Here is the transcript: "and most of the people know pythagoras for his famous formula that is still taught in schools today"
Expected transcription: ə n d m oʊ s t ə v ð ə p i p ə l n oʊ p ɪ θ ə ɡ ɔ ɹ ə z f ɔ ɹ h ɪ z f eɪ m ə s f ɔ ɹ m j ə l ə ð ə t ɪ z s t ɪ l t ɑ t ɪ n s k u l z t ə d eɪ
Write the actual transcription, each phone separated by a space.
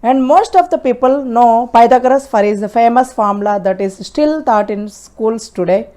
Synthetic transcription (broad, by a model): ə n d m oʊ s t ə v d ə p i p ə l n oʊ p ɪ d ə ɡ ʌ ɹ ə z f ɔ ɹ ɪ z f eɪ m ə s f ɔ ɹ m l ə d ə t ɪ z s t ɪ l t ɑ t ɪ n s k u l s t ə d eɪ